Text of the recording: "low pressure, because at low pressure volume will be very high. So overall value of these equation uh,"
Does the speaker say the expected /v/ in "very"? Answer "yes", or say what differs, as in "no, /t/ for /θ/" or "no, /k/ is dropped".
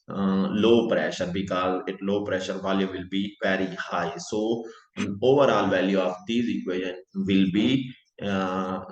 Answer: no, /p/ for /v/